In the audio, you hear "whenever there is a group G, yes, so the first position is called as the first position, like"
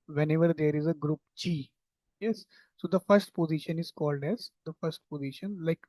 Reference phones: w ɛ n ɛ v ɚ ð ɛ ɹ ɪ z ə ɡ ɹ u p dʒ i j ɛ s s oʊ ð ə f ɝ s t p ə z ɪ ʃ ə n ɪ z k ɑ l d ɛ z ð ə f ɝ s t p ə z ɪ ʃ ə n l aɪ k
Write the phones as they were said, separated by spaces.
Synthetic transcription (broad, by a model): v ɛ n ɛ v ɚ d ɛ ɹ ɪ z ə ɡ ɹ u p tʃ i j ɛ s s oʊ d ə f ɝ s t p ə z ɪ ʃ ə n ɪ z k ɑ l d ɛ z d ə f ɝ s t p ə z ɪ ʃ ə n l aɪ k